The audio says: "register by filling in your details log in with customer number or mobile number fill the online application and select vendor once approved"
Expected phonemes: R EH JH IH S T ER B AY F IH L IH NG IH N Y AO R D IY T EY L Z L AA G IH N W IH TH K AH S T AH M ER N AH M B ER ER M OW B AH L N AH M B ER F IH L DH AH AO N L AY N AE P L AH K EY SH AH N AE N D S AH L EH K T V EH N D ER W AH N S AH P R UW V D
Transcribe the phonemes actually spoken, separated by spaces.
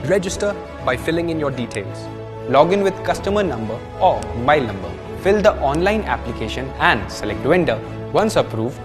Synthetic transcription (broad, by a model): R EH JH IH S T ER B AY F IH L IH NG IH N Y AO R D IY T EY L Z L AA G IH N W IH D K AH S T AH M ER N AH M B ER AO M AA AH L N AH M B ER F IH L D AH AO N L AY N AE P L AH K EY SH AH N AE N D S AH L EH K T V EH N D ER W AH N S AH P R UW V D